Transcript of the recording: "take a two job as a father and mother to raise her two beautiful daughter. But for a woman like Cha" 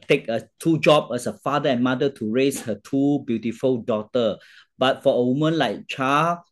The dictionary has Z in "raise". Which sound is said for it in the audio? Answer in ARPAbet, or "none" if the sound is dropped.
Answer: S